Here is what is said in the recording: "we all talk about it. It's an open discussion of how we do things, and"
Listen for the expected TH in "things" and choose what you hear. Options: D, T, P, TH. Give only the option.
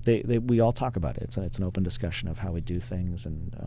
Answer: TH